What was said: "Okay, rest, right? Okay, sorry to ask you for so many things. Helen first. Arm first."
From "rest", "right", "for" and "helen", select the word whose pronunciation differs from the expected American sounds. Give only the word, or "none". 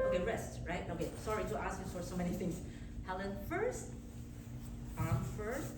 none